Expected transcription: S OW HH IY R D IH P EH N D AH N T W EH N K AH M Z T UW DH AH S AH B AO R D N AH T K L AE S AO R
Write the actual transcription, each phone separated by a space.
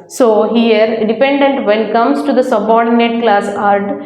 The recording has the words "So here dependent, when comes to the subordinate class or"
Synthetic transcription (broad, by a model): S OW HH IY R D IH P EH N D AH N T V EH N K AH M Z T UW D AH S AH B AO R D N AH T K L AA S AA R